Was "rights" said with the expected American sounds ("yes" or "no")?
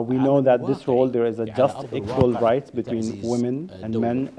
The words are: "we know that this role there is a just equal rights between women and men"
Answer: no